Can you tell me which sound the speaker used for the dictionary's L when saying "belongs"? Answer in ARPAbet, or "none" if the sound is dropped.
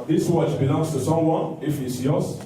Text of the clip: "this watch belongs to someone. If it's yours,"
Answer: N